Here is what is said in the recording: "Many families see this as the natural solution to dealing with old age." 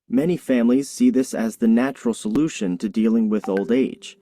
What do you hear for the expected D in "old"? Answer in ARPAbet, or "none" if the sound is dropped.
D